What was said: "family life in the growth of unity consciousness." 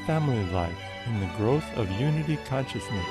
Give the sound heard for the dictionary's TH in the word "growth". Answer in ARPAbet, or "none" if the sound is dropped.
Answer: TH